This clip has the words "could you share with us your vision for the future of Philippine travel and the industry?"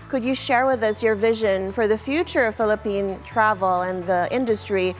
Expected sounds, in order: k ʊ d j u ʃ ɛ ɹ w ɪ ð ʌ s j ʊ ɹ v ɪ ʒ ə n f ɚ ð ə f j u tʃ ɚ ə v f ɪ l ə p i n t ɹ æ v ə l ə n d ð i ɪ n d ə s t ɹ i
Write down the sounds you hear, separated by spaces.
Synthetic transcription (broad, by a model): k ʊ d j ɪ ʃ ɛ ɹ w ɪ ð ʌ s j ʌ ɹ v ɪ ʒ ə n f ɚ ð ə f j u tʃ ɚ ə v f ɪ l ə p i n t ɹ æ v l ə n ð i ɪ n d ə s t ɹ i